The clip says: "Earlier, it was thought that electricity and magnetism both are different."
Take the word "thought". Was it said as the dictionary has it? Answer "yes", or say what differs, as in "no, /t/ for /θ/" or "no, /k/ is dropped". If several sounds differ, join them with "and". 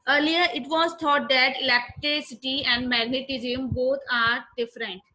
no, /t/ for /θ/